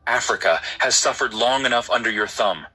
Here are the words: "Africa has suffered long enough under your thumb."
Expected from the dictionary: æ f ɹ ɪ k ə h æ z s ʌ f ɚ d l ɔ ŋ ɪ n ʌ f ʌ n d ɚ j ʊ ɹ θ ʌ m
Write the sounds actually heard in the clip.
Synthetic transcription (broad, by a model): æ f ɹ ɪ k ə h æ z s ʌ f ɚ d l ɔ ŋ ɪ n ʌ f ʌ n d ɚ j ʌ ɹ θ ʌ m